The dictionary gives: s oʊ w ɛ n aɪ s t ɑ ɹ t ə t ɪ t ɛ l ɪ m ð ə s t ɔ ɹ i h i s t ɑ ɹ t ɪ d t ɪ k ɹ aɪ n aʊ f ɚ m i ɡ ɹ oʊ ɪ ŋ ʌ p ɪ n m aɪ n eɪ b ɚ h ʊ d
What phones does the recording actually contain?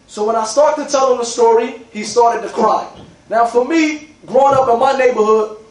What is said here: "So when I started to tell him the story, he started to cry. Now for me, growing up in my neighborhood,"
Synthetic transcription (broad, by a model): s oʊ w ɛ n aɪ s t ɑ ɹ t t ɪ t ɛ l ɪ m ð ə s t ɔ ɹ i h i s t ɑ ɹ t ɪ d t ɪ k ɹ aɪ n aʊ f ɚ m i ɡ ɹ oʊ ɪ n ʌ p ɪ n m aɪ n eɪ b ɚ h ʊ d